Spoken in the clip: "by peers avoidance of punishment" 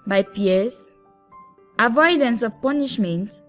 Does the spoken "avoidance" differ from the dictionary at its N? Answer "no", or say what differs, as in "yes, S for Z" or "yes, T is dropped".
no